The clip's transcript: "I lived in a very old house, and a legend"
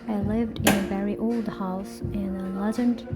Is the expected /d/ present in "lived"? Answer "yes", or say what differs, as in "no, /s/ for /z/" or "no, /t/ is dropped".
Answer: yes